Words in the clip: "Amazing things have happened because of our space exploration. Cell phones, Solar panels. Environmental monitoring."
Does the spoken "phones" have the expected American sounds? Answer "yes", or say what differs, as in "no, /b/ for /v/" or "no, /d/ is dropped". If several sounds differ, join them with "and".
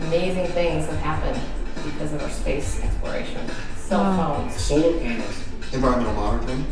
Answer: no, /l/ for /n/